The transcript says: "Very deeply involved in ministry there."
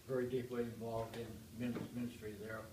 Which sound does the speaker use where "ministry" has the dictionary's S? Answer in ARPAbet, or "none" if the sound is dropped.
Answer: S